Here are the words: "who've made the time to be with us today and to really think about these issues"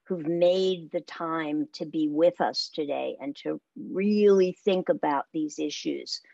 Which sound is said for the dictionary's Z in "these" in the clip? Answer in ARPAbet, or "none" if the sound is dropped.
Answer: Z